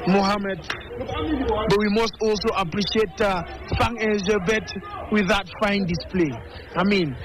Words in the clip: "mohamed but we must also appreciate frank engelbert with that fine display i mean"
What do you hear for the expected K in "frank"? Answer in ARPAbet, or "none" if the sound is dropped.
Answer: none